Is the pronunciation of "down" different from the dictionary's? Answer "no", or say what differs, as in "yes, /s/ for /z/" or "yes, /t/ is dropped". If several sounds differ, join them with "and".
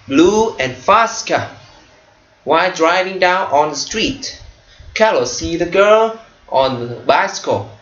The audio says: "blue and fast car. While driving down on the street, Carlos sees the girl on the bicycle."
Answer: no